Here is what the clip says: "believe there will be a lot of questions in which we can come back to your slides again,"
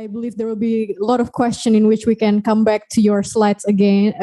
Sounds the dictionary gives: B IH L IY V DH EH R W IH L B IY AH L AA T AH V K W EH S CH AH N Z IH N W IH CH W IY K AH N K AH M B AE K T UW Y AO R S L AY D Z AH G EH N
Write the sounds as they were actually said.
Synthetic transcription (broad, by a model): B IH L IY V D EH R W IH L B IY AH L AA T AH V K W EH S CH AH N IH N W IH CH W IY K AH N K AH M B AE K T UW Y AO R S L AY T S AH G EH N